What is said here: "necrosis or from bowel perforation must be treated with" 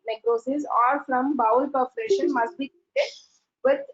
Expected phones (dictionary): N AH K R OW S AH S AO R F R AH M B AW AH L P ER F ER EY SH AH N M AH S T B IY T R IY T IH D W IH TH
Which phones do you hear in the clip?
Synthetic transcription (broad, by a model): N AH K R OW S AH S AO R F R AH M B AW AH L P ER P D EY SH AH N M AH S T B IY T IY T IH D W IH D